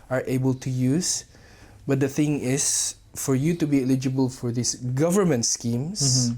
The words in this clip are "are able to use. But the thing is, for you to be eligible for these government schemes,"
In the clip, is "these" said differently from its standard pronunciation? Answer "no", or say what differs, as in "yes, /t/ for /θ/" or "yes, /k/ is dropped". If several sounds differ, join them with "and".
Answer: yes, /s/ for /z/